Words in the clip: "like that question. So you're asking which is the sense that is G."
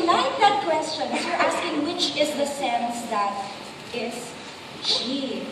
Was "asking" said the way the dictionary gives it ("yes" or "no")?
no